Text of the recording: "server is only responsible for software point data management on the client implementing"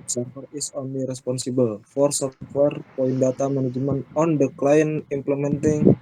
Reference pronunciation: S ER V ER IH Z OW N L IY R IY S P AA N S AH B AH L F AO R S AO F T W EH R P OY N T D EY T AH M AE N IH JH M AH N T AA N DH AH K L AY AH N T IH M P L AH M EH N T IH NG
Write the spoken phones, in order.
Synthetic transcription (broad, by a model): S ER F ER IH S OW N L IY R IY S P AA N S AH B AH L F AO R S AO F T W EH R P OY N D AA T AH M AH N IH JH M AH N AA N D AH K L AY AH N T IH M P L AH M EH N T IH NG